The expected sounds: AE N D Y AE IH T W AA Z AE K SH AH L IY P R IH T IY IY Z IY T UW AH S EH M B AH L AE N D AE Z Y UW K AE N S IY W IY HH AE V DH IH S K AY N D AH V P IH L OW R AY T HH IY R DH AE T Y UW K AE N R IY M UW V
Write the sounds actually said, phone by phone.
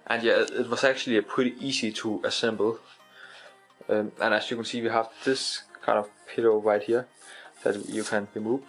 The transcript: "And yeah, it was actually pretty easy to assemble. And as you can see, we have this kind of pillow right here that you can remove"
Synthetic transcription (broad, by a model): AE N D Y AE IH T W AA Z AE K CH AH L IY P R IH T IY IY S IY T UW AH S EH M B L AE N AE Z Y UW K AE N S IY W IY HH AE V DH IH S K AY N D AH V P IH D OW R AY T HH IY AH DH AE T Y UW K AE N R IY M UW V